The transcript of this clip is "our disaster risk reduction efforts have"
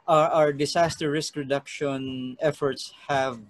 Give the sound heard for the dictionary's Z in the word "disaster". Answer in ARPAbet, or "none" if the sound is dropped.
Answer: S